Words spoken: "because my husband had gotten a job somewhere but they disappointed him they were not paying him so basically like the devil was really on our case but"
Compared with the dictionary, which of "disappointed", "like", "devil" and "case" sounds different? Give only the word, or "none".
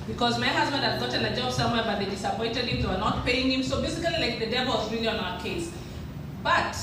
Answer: none